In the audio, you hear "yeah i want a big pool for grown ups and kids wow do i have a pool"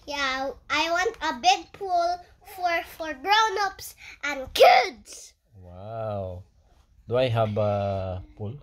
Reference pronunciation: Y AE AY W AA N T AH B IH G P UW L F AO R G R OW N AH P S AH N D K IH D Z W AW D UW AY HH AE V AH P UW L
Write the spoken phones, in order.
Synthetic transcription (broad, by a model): Y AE AY W AA N T AH B IH G P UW L F AO R G R OW N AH P S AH N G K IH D S W AW D UW AY HH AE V AH P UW L